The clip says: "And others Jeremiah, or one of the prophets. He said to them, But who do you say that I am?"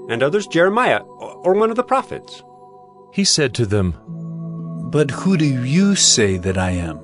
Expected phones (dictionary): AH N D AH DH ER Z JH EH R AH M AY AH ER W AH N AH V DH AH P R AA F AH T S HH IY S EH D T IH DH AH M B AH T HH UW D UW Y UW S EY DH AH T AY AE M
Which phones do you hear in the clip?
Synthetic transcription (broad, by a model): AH N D AH DH ER Z JH EH R AH M AY AH ER W AH N AH V DH AH P R AA F AH T S HH IY S EH D T IH DH AH M B AH T HH UW D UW Y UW S EY DH AH T AY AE M